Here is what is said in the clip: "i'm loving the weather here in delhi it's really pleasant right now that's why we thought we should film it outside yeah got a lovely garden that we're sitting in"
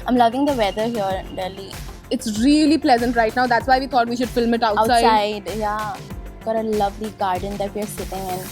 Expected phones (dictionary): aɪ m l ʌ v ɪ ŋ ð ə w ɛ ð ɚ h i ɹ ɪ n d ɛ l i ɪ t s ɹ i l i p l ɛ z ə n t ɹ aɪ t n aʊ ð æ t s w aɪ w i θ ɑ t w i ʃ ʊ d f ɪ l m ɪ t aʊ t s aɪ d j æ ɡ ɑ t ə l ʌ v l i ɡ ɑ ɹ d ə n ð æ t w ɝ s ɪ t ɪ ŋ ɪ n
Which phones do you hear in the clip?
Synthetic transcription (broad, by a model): aɪ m l ʌ v ɪ ŋ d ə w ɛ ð ɚ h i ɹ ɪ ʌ l i ɪ t s ɹ i l i p l ɛ z ə n t ɹ aɪ t n aʊ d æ t s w aɪ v i t ɑ t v i ʃ ʊ d f ɪ l m ɪ t aʊ s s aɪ d j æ ɡ ɑ t ə l ʌ v l i ɡ ɑ ɹ d ə n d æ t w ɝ s ɪ t ɪ ŋ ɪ n